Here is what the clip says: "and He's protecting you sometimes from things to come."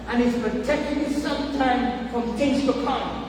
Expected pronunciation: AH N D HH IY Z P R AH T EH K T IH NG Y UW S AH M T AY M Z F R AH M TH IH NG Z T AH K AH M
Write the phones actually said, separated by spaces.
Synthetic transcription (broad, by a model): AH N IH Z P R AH T EH K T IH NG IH S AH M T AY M F R AH M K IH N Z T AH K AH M